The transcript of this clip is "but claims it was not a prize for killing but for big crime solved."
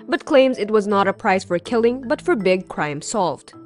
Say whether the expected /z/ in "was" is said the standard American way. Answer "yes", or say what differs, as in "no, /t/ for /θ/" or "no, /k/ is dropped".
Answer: yes